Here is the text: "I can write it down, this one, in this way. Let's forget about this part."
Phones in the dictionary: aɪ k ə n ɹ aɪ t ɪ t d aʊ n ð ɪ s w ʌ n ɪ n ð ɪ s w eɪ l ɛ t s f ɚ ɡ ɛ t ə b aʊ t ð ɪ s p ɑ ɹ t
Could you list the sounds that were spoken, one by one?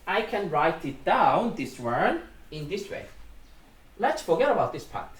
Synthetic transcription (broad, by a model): aɪ k ə n ɹ aɪ t ɪ t d aʊ n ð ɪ s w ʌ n ɪ n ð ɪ s w eɪ l ɛ t s f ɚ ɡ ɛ t ə b aʊ t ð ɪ s p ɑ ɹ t